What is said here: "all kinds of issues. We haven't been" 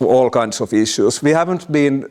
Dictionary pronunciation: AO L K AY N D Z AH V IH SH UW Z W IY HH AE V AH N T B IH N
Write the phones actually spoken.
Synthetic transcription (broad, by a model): AO L K AY N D S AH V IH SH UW S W IY HH AE V AH N T B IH N